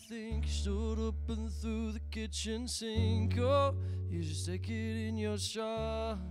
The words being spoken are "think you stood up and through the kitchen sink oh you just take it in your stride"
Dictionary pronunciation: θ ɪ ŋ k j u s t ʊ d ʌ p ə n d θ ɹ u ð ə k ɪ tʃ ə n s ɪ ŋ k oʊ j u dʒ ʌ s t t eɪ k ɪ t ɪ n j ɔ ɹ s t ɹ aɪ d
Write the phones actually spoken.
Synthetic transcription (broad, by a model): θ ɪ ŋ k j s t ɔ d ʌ p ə n θ ɹ u ð ə k ɪ tʃ ə n s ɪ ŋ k oʊ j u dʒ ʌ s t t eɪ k ɪ t ɪ n j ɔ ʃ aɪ